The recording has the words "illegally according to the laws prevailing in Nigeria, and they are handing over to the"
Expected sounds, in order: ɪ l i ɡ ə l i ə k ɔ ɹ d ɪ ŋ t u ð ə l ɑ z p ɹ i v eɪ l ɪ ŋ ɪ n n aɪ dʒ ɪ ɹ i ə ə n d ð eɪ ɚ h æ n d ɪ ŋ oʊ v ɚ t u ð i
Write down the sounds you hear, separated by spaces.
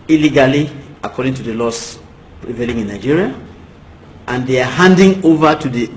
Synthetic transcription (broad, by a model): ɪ l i ɡ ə l i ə k ɔ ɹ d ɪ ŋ t u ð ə l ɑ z p ɹ i v eɪ l ɪ ŋ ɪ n n aɪ dʒ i ɹ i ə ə n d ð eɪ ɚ h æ n d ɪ ŋ oʊ v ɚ t u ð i